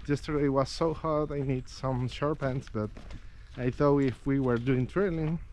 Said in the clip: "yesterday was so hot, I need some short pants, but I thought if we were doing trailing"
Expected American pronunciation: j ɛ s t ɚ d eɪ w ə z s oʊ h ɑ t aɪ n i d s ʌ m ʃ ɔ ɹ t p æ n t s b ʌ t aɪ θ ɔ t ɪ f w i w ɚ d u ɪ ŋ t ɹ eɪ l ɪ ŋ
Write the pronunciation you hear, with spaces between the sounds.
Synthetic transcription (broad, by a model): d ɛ s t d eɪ w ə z s oʊ h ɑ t aɪ n i d s ʌ m ʃ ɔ ɹ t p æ n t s b ʌ t aɪ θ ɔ ɪ f w i w ɚ d u ɪ ŋ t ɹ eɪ l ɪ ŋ